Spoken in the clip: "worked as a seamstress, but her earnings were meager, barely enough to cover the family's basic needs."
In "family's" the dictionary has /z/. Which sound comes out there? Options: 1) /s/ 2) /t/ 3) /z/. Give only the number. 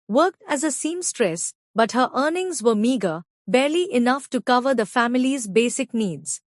3